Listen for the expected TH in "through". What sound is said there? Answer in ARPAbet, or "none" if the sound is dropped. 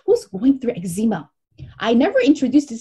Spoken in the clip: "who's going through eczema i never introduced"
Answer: TH